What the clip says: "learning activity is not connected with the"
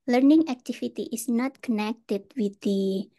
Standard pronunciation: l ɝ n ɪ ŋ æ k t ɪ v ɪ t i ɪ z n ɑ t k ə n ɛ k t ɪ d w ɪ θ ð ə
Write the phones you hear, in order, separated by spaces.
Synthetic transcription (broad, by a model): l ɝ n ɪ ŋ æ k t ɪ f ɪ t i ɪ s n ɑ t k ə n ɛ k t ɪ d w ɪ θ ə